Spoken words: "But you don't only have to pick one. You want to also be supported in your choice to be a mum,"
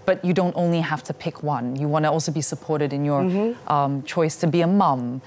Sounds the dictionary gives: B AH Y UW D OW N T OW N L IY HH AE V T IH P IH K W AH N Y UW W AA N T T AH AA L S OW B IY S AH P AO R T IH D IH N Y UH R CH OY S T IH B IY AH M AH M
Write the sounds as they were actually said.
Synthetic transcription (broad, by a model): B AH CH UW D OW N T OW N L IY HH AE F T IH P IH K W AH N Y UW W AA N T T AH AA L S OW B IY S AH P AO R T IH D IH N Y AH R CH OY S T IH B IY AH M AH M